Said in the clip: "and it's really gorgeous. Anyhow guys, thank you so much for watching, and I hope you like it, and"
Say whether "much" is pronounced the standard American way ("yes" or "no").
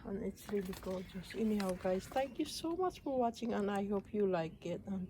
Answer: yes